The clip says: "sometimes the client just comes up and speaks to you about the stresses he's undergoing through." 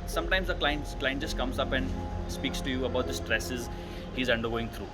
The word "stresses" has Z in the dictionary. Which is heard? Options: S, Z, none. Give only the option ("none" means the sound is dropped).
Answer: Z